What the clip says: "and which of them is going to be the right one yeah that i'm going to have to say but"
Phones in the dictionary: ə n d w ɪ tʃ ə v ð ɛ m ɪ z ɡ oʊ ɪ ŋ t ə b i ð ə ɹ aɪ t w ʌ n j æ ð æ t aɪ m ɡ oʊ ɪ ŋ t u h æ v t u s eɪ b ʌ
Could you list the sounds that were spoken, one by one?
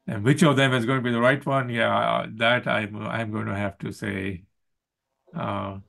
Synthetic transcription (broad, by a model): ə n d w ɪ tʃ ə v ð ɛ m ɪ z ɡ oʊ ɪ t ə b i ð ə ɹ aɪ t w ʌ n j æ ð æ t aɪ m ɡ oʊ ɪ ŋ t u h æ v t u s eɪ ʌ